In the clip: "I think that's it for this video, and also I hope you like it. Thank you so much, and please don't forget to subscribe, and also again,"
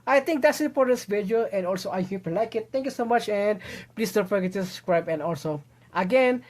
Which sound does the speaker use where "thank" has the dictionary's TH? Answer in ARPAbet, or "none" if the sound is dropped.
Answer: T